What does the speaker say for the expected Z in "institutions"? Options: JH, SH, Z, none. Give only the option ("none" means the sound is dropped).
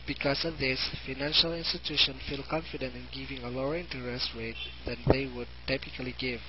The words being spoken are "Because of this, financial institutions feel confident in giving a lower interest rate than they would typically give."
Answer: none